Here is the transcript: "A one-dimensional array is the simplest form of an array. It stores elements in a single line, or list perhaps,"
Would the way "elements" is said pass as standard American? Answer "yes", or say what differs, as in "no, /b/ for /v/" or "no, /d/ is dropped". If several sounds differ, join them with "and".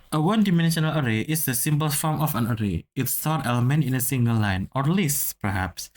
no, /s/ is dropped